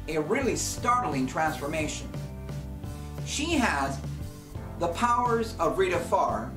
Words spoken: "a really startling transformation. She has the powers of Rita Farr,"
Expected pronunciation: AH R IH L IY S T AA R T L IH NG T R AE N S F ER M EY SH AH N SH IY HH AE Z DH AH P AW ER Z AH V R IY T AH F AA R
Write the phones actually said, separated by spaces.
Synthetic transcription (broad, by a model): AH R IH L IY S T AA R T L IH NG T R AE N S F ER M EY SH AH N SH IY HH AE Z DH AH P AW ER Z AH V R IY T AH F AA R